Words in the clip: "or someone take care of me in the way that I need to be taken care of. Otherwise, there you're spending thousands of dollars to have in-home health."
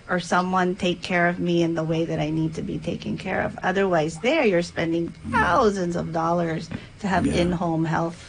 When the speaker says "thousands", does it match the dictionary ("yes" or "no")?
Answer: yes